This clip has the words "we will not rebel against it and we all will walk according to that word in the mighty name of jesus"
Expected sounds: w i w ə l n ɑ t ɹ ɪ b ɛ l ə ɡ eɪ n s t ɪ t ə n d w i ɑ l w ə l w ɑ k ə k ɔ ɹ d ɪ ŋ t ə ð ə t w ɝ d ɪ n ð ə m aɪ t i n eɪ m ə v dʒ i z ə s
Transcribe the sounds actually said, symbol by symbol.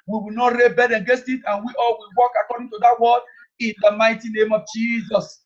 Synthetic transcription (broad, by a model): w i w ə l n ɑ t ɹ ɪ b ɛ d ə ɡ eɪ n s t ɪ t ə n w i ɑ l w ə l w ɑ k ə k ɔ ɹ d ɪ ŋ t ə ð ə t w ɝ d ɪ n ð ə m aɪ t i n eɪ m ə v dʒ i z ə s